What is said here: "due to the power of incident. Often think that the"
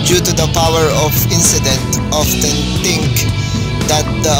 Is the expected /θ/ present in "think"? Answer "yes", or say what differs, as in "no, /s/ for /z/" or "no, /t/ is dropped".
no, /t/ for /θ/